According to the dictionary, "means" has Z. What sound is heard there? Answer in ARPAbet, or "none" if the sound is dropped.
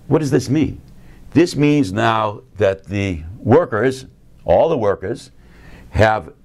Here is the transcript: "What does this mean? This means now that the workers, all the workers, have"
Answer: Z